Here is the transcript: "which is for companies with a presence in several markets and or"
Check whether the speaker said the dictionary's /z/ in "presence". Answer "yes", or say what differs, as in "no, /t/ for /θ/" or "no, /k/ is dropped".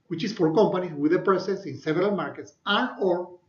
no, /s/ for /z/